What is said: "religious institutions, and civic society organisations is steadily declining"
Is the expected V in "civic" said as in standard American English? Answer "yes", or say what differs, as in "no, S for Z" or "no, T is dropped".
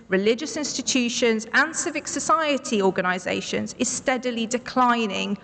yes